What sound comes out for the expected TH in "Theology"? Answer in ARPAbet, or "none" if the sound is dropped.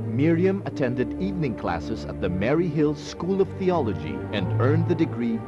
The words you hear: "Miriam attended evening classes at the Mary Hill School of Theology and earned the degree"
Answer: TH